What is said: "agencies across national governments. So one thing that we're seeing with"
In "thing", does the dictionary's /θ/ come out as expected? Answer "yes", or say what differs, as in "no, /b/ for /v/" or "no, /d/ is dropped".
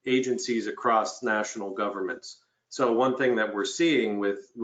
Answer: yes